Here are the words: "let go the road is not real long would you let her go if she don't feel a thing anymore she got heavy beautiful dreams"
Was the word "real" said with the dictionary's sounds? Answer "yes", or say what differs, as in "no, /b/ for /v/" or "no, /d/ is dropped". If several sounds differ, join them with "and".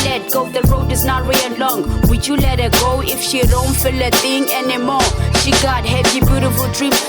no, /w/ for /ɹ/ and /n/ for /l/